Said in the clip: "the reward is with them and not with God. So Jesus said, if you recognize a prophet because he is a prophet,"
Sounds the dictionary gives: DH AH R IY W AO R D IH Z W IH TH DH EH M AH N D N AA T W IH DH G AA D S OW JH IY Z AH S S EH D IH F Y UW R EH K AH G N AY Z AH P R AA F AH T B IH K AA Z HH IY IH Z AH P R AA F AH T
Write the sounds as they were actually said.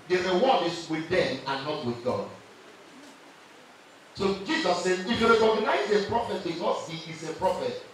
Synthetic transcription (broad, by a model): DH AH R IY W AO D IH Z W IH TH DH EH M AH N N AA T W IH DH G AA D S OW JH IY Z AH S S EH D IH F Y UW R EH K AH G N AY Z AH P R AA F AH T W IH AA S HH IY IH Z AH P R AA F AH T